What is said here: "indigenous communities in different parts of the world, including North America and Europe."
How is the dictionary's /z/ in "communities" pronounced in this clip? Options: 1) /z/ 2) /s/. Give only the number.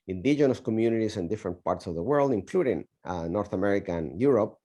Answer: 2